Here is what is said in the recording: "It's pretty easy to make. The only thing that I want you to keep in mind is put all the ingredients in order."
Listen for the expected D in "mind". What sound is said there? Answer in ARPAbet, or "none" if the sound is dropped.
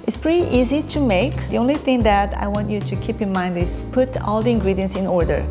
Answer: D